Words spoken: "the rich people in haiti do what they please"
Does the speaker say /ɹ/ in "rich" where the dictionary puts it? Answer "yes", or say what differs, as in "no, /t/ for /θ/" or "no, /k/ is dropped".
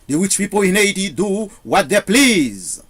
no, /w/ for /ɹ/